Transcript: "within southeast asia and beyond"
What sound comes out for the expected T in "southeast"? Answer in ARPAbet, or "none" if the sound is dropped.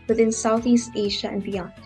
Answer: T